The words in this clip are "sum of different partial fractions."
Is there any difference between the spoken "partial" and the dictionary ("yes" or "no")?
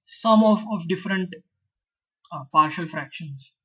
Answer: no